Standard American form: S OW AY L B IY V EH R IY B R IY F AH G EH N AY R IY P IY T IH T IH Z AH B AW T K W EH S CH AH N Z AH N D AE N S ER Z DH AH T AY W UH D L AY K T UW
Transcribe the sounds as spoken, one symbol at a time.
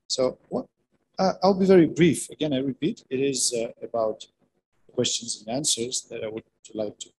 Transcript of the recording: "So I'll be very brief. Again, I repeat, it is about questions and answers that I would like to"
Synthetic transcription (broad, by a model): S OW AY L B IY V EH R IY B R IY F AH G EH N AY R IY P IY T IH T IH Z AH B AW T K W EH S CH AH N Z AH N AE N S ER Z DH AH T AY W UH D L AY K T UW